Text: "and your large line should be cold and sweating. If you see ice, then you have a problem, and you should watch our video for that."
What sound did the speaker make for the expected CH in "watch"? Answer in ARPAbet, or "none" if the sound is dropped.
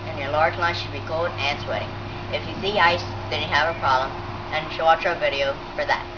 none